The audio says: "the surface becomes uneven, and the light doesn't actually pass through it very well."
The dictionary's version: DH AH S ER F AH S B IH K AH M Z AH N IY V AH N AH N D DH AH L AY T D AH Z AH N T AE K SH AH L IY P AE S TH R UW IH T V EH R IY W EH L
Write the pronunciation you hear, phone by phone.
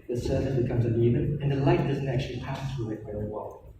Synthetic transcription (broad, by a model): DH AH S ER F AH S B IH K AH M Z AH N IY V AH N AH N DH AH L AY T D AH Z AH N T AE K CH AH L IY P AE S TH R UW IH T V EH R IY W EH L